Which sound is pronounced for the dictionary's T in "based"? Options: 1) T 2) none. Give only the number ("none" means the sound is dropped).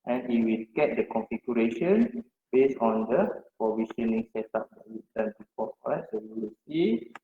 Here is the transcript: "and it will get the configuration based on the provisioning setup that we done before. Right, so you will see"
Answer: 2